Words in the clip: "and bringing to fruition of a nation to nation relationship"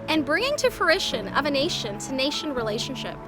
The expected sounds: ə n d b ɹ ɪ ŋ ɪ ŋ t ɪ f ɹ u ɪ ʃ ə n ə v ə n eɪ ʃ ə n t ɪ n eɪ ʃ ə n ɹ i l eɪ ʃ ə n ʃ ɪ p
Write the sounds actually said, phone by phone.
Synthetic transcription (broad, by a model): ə n b ɹ ɪ ŋ ɪ ŋ t ɪ f ɹ ɪ ʃ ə n ə v ə n eɪ ʃ ə n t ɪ n eɪ ʃ ə n ɹ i l eɪ ʃ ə n ʃ ɪ p